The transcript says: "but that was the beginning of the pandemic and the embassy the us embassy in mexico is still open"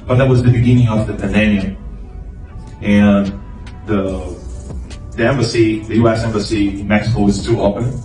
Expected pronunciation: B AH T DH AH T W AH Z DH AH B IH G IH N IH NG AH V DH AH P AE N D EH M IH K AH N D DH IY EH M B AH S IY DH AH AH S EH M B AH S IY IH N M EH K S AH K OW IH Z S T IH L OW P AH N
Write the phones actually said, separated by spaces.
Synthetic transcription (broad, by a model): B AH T DH AH T W AH Z DH AH B IH G IH N IH NG AH V DH AH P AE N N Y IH AH N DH DH IY EH M B AH S IY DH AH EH S EH M B AH S IY IH N M EH K S AH K OW IH Z T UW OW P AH N